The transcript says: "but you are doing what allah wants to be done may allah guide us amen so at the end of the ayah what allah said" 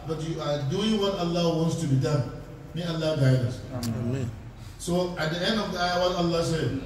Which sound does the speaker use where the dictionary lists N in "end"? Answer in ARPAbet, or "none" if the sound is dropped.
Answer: N